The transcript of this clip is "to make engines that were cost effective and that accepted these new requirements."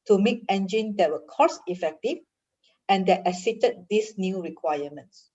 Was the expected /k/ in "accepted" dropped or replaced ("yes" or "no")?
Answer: yes